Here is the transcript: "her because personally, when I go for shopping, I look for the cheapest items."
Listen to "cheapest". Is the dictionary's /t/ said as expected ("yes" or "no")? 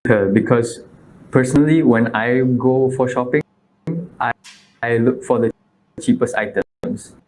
yes